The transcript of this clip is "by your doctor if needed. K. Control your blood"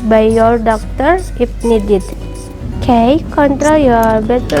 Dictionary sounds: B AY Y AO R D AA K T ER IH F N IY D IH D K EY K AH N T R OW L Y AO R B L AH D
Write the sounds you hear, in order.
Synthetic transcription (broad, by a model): B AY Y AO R D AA K T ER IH P N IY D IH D K EY K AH N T R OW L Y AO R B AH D